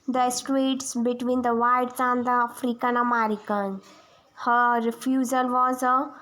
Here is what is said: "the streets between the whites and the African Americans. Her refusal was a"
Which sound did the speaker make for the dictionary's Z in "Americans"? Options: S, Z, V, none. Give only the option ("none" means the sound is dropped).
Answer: none